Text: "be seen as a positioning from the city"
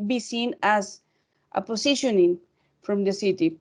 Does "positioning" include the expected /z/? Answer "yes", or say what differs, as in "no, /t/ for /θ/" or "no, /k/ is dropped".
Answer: no, /s/ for /z/